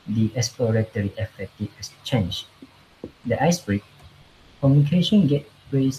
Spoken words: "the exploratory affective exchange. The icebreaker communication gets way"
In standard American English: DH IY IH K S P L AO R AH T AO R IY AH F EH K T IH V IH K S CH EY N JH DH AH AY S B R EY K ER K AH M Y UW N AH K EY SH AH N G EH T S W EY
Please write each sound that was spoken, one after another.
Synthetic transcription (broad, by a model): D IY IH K S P L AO R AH T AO R IY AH F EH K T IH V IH S CH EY N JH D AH AY S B R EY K K AH M Y UW N AH K EY SH AH N G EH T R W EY